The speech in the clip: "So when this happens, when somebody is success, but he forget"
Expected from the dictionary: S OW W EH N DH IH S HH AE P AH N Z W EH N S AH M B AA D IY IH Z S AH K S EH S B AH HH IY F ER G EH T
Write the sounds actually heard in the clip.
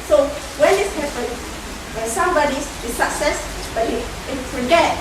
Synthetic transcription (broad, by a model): S OW W EH N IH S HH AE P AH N W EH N S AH M B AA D IY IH S AH K S EH S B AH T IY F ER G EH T